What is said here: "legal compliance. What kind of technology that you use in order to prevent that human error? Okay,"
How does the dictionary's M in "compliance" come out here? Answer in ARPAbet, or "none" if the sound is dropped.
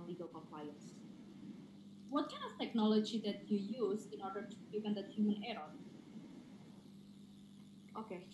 none